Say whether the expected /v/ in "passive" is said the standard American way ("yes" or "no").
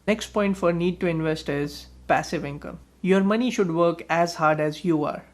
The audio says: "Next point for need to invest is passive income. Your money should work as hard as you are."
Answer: yes